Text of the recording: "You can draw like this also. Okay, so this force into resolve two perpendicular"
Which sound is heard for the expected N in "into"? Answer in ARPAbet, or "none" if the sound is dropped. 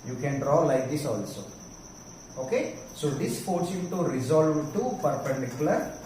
none